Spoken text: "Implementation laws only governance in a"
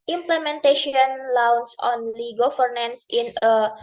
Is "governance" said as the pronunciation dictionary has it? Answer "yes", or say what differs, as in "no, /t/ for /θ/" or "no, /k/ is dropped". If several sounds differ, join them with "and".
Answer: no, /f/ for /v/